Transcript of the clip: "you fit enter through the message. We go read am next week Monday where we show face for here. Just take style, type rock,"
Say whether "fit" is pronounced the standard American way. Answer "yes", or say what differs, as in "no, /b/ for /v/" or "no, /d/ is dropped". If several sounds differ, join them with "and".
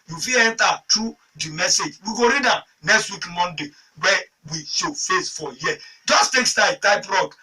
no, /t/ is dropped